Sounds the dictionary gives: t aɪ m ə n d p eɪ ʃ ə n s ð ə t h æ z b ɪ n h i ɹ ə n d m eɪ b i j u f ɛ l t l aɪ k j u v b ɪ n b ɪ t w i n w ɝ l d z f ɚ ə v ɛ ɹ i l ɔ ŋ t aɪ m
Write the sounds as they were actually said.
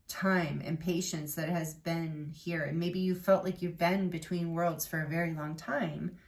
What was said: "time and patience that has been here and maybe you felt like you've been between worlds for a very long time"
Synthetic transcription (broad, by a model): t aɪ m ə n p eɪ ʃ ə n s ð ə t h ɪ z b ɪ n h i ɹ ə n m eɪ b i j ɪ f ɛ l t l aɪ k j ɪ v b ɪ n b ɪ t w i n w ɝ l d z f ɚ ə v ɛ ɹ i l ɔ ŋ t aɪ m